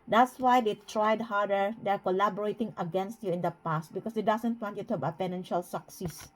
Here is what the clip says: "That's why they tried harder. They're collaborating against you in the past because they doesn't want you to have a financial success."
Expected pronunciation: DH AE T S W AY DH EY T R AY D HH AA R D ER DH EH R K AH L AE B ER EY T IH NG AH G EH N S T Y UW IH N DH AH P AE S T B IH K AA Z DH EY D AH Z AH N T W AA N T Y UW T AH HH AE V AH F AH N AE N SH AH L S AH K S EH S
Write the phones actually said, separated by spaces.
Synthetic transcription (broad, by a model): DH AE T S W AY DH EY T R AY D HH AA R D ER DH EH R K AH L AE B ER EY T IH NG AH G EH N S T Y UW IH N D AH P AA S T B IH K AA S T D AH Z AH N T W AA N T Y UW T AH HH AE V AH P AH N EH N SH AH L S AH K S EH S